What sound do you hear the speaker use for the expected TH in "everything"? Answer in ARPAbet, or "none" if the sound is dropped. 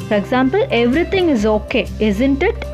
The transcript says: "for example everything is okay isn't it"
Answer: T